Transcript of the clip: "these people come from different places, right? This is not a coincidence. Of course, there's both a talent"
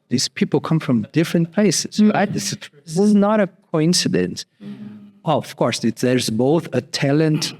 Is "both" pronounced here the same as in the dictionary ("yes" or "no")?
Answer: yes